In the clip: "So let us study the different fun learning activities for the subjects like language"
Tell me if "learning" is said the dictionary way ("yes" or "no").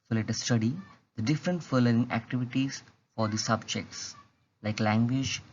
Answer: no